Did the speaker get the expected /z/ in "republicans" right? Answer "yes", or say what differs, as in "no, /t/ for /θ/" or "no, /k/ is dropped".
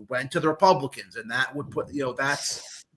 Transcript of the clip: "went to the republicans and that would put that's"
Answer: yes